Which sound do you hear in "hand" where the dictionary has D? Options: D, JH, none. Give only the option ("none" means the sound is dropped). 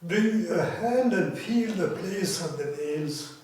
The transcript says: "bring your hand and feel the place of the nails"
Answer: D